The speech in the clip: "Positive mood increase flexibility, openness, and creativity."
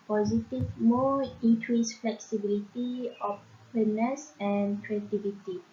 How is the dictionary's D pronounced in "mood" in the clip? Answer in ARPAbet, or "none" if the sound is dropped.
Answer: none